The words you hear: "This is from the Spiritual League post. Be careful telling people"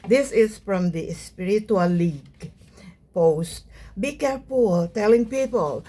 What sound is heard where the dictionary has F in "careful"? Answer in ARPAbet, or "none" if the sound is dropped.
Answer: P